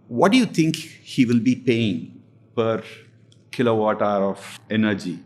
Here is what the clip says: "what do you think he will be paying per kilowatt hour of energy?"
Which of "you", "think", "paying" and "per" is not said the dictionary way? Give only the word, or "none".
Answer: think